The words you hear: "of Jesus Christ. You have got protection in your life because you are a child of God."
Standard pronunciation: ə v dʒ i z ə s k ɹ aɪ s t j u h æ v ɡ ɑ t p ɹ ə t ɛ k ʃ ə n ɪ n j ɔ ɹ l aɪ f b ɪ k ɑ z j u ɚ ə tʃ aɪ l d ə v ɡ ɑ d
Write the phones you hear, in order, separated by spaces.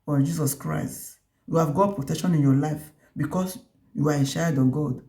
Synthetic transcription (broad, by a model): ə dʒ i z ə s k ɹ aɪ s t j u h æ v ɡ ɑ t p ɹ ə t ɛ k ʃ ə n ɪ n j ɔ l aɪ f b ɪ k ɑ s j u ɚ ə ʃ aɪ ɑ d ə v ɡ ɑ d